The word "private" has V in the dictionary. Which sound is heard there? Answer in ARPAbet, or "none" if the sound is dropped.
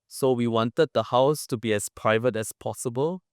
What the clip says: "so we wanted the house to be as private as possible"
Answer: V